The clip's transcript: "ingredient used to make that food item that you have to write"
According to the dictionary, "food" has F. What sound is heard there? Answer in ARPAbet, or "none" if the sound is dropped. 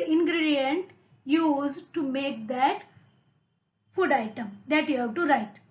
F